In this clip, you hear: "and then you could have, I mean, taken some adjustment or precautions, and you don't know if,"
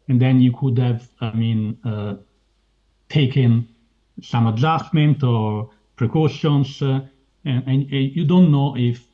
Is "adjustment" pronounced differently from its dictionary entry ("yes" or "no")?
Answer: yes